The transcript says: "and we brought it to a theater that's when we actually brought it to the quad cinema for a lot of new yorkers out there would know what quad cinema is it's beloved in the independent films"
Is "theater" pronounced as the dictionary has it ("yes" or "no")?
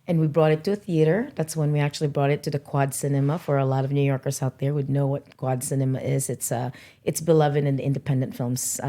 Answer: yes